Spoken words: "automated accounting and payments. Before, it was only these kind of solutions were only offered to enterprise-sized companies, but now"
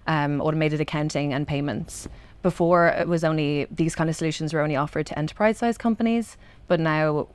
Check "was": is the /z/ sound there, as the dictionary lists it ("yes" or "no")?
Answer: yes